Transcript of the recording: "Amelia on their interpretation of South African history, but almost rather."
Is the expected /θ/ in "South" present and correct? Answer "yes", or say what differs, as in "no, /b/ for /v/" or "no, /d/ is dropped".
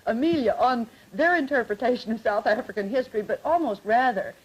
yes